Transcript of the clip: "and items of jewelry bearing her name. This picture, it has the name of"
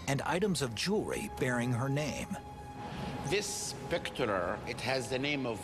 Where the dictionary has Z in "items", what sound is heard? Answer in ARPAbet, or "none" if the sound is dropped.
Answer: Z